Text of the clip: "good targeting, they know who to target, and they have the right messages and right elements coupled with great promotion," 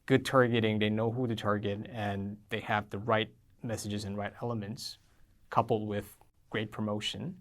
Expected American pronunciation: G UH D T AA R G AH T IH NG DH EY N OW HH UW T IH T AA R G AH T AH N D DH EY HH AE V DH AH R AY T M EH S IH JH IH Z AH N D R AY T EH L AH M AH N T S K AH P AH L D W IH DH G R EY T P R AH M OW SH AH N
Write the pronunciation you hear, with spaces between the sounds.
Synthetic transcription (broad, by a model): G UH D T AA R G AH T IH NG DH EY N OW HH UW T IH T AA R G AH T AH N DH EY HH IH V DH AH R AY T M EH S IH JH IH Z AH N R AY T EH L AH M AH N T S K AH P L D W IH DH G R EY T P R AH M OW SH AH N